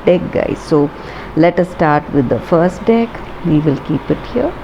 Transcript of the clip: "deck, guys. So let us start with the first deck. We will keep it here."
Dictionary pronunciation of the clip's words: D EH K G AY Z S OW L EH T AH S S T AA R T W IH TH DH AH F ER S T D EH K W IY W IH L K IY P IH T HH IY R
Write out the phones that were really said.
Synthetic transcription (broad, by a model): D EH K G AY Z S OW L EH T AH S S T AA R T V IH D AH F ER S T D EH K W IY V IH L K IY P IH T HH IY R